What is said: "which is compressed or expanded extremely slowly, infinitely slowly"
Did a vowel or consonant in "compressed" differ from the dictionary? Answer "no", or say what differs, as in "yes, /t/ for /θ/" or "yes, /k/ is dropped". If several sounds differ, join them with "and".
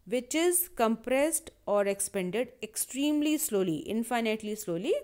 no